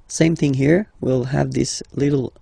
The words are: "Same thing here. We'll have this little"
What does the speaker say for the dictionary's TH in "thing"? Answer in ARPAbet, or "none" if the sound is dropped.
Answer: TH